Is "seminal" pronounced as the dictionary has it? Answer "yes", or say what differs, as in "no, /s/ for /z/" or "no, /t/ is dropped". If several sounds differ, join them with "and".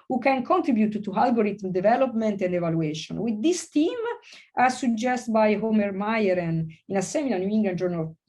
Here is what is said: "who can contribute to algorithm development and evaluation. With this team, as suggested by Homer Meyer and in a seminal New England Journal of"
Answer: no, /l/ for /n/